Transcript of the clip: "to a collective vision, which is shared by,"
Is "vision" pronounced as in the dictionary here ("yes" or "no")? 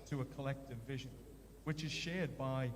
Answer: yes